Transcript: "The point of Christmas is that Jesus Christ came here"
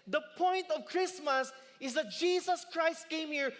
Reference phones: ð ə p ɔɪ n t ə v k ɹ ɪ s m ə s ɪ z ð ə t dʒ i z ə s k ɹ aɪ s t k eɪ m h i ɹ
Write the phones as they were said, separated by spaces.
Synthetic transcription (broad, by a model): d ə p ɔɪ n t ə v k ɹ ɪ s m ə s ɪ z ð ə t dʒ i s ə s k ɹ aɪ s t k eɪ m h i ɹ